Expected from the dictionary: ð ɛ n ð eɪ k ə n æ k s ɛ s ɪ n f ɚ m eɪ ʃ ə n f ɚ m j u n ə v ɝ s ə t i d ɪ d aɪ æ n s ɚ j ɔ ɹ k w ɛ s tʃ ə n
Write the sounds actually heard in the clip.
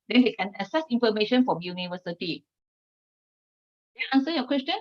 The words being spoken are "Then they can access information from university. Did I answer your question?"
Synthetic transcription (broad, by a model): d ɛ n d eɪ k ə n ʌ s ɛ s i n f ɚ m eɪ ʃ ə n f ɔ m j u n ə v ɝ s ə t i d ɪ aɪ n s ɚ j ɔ k w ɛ s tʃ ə n